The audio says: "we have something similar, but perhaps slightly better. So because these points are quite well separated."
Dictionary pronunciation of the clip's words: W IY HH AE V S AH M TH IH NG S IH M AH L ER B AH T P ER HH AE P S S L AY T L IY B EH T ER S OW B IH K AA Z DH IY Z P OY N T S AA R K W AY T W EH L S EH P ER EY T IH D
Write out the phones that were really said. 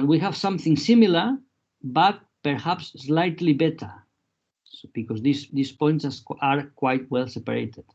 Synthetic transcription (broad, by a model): W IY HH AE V S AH M TH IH NG S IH M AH L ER B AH T P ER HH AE P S S L AY T L IY B EH T ER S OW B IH K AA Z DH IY S P OY N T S AA R K W AY T W EH L S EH P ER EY T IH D